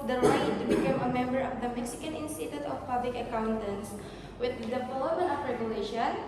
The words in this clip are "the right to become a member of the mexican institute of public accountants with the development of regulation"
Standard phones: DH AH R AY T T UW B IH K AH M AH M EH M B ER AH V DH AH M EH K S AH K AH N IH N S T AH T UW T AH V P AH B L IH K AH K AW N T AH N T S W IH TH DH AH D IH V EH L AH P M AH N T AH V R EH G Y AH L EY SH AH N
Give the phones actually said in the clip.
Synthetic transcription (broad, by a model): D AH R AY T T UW B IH K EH M AH M EH M B ER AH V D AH M EH K S AH K AH N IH N S T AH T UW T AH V P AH B L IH K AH K AW N T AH N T S W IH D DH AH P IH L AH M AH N AH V R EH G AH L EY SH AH N